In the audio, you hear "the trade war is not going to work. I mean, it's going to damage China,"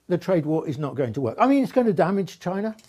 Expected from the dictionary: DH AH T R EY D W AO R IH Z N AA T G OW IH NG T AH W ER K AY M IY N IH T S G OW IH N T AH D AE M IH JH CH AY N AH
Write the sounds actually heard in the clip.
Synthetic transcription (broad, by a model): DH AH T R EY D W AO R IH Z N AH T G OW IH NG T AH W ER K AY M IY N IH T S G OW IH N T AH D AE M IH JH CH AY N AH